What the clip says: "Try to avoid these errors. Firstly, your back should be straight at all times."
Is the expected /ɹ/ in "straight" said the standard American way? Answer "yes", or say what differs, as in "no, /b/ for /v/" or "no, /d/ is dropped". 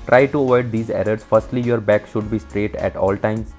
yes